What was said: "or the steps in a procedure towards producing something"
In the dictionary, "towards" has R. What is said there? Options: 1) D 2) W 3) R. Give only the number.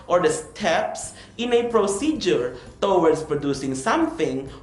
2